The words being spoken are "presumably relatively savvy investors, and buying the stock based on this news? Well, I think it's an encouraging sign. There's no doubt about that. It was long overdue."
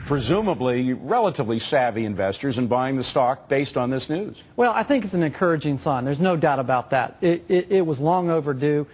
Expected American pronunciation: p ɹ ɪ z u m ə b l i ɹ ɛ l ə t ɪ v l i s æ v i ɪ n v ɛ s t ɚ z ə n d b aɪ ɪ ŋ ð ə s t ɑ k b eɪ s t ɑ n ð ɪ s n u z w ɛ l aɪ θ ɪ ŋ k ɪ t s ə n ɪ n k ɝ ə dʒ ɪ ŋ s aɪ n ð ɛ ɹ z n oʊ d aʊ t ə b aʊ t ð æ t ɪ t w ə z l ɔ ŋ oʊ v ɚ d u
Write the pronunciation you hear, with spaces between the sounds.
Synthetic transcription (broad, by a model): p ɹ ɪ z u m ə b l i ɹ ɛ l ə t ɪ v l i s æ v i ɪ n v ɛ s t ɚ z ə n b aɪ ɪ ŋ ð ə s t ɑ k b eɪ s t n ð ɪ s n u z w ɛ l aɪ θ ɪ ŋ k ɪ t s n ɪ n k ɝ ə dʒ ɪ ŋ s aɪ n ð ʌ ɹ z n oʊ d aʊ t ə b aʊ t ð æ t ɪ t w ə z l ɔ ŋ oʊ v ɚ d u